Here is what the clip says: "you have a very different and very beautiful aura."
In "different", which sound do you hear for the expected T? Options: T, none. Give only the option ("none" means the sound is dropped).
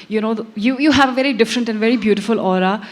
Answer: T